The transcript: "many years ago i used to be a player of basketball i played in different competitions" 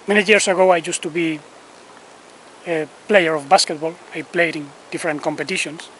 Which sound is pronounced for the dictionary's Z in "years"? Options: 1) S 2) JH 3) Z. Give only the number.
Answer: 1